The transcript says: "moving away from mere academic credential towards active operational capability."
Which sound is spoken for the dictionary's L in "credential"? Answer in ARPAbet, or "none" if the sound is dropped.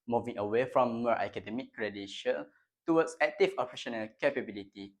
N